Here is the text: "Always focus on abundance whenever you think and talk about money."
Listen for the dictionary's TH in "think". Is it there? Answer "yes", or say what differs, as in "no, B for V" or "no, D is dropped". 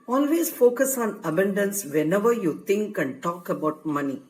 no, T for TH